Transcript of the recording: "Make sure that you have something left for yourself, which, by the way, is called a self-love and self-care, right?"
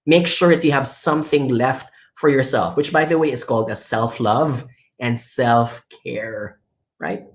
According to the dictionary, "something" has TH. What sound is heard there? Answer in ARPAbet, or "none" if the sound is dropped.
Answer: TH